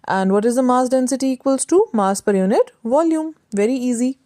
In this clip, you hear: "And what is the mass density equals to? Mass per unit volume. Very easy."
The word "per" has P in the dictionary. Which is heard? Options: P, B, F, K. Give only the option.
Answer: P